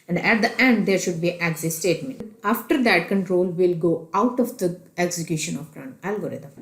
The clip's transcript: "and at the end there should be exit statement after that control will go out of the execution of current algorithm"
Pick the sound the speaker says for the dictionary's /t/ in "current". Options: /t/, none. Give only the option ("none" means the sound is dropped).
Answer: none